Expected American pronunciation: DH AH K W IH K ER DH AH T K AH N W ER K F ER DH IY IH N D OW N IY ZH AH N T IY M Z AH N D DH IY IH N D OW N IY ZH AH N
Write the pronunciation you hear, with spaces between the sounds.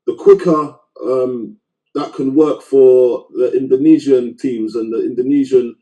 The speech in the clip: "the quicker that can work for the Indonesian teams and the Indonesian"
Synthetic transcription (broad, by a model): DH AH K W IH K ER DH AH T K AH N W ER K F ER DH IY IH N D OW N IY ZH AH N T IY M Z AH N DH IY IH N D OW N IY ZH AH N